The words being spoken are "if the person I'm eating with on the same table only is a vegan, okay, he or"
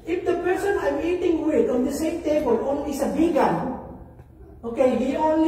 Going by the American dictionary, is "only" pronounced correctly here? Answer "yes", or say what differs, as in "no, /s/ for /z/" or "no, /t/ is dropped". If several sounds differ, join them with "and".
no, /l/ is dropped